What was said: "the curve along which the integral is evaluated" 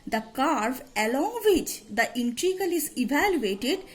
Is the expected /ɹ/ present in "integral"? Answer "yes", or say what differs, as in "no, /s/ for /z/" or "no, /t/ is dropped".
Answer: no, /ɹ/ is dropped